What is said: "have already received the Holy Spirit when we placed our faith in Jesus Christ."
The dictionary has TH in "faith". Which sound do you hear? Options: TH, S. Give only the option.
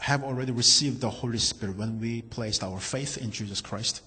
TH